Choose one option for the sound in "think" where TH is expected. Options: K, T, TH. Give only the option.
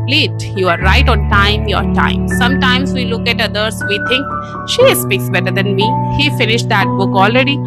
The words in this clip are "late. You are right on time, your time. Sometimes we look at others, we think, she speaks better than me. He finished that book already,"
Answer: T